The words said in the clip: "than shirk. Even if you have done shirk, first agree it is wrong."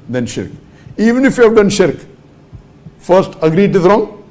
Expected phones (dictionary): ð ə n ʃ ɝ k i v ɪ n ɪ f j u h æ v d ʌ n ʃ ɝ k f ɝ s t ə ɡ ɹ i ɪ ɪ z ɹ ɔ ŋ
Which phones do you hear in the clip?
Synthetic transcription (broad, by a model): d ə n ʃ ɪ k i v ɪ n ɪ f j u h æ v d ʌ n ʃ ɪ k f ɝ s t ə ɡ ɹ i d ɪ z ɹ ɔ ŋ